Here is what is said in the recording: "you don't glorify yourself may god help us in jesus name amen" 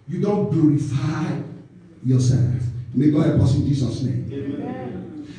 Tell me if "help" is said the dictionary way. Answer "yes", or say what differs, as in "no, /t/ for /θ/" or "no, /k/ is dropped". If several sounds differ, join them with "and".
no, /l/ is dropped